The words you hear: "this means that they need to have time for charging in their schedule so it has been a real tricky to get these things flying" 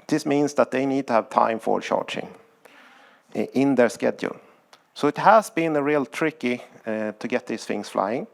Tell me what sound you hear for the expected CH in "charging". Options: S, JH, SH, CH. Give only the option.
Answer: SH